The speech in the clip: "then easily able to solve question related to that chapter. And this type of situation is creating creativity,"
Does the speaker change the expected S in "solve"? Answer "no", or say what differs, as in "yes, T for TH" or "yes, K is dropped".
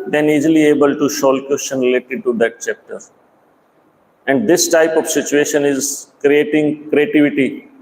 yes, SH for S